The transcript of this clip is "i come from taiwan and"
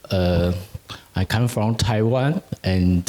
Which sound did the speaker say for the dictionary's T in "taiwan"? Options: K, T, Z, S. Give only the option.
T